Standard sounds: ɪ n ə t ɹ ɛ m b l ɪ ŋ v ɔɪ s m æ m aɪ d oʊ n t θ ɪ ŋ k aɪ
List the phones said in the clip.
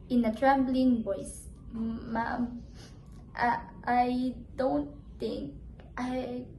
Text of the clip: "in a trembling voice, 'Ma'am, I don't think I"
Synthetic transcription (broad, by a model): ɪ n ə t ɹ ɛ b l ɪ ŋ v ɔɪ s m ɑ aɪ d oʊ n t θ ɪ ŋ k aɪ